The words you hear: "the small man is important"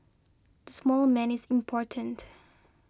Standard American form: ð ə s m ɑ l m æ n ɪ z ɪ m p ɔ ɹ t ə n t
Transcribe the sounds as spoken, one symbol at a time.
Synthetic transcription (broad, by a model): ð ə s m ɑ l m æ n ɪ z ɪ m p ɔ ɹ t ə n t